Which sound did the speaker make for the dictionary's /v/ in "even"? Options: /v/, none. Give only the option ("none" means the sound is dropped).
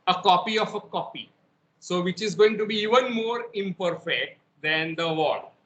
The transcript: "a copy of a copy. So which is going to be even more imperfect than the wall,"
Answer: /v/